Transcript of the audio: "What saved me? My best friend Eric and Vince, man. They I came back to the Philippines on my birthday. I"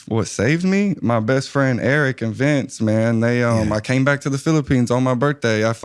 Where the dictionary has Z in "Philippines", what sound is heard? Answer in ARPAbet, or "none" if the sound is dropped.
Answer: Z